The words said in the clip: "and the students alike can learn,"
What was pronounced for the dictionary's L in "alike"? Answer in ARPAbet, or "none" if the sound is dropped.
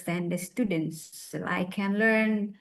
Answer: none